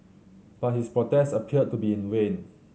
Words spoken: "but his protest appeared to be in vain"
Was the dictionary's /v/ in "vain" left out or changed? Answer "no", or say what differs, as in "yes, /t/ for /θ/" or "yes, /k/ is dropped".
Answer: yes, /w/ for /v/